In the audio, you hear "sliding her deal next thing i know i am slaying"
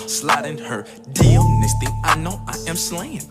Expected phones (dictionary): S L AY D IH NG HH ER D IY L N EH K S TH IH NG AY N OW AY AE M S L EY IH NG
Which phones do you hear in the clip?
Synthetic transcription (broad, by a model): S L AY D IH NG HH ER D IY L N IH S T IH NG AY N OW AY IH M S L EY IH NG